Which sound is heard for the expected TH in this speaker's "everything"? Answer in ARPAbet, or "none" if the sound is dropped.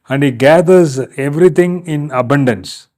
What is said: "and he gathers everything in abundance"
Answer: T